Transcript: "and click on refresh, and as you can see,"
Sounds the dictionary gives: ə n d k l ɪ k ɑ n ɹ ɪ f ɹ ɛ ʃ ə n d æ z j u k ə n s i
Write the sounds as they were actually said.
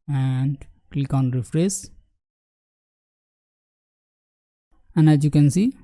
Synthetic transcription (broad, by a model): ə n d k l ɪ k ɑ n ɹ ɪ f ɹ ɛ s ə n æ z j u k ə n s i